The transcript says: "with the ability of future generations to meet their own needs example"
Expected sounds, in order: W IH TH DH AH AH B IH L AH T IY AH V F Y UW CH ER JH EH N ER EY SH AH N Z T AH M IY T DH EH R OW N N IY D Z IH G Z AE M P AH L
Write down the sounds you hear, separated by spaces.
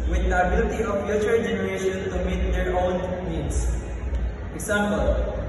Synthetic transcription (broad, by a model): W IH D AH AH B IH L AH T IY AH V F Y UW CH ER JH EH N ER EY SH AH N T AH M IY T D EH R OW N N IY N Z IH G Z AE M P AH L